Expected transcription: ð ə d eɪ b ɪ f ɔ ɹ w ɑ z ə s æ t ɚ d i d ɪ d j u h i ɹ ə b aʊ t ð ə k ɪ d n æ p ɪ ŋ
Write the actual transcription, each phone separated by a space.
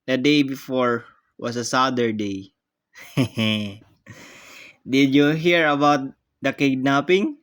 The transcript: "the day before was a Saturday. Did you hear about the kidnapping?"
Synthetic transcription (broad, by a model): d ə d eɪ b ɪ f ɔ ɹ w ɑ s ə s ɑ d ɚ d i d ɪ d j u h i ɹ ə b aʊ t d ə k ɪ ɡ n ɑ p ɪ ŋ